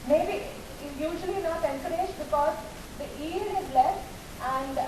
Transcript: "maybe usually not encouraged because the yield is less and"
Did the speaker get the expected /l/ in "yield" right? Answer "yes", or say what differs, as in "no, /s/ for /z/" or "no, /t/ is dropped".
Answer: no, /l/ is dropped